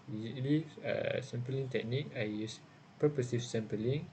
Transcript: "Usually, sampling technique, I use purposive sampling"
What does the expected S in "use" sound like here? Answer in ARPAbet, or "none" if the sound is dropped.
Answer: S